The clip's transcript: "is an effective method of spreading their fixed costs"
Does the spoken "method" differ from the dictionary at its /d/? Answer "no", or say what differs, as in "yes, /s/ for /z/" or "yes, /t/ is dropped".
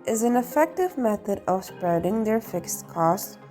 no